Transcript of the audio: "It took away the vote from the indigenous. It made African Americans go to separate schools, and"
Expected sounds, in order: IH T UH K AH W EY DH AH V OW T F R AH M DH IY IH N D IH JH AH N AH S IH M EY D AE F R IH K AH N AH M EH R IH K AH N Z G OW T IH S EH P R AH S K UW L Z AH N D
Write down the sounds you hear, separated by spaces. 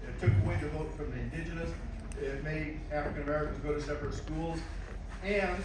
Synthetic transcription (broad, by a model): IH T UH K AH W EY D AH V OW T F R AH M DH IY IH N D IH JH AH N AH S IH M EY AE F R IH K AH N AH M EH R IH K AH N Z G OW T IH S EH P R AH S K UW L Z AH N